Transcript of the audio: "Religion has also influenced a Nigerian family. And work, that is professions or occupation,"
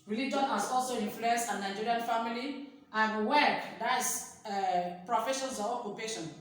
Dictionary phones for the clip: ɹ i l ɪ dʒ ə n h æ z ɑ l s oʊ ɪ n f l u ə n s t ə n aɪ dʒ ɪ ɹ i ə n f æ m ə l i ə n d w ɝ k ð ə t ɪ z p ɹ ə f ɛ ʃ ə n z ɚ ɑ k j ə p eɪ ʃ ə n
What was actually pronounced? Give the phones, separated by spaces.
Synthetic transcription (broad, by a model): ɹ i l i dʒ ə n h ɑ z ɑ l s oʊ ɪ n f l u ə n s ə n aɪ dʒ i ɹ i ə n f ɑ m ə l i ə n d w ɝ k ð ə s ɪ p ɹ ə f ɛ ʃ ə n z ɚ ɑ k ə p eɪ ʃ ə n